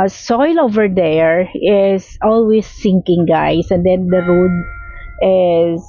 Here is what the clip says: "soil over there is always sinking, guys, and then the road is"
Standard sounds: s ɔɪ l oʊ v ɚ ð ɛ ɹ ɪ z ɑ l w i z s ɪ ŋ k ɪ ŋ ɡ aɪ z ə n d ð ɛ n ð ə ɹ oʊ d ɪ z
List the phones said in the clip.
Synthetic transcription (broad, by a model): s ɔɪ l oʊ v ɚ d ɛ ɹ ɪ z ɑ l w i s ɪ ŋ k ɪ ŋ ɡ aɪ s ə n d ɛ n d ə ɹ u d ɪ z